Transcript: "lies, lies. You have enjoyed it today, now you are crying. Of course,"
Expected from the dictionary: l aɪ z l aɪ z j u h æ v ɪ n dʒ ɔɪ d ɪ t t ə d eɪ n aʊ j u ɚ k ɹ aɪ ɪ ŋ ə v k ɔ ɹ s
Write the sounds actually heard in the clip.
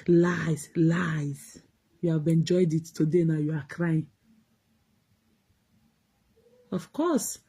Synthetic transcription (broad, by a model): l aɪ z l aɪ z j u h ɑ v ɪ n dʒ ɔɪ d ɪ t t ə d eɪ n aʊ j u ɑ k ɹ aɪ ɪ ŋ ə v k ɔ s